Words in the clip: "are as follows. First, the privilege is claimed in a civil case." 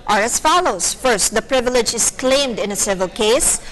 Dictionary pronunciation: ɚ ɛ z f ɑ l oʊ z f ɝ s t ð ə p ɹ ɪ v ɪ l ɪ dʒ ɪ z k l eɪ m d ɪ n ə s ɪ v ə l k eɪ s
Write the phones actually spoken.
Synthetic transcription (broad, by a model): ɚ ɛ s f ɑ l oʊ s f ɝ s t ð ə p ɹ ɪ v ɪ l ɪ dʒ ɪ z k l eɪ m d ɪ n ə s ɪ v ə l k eɪ s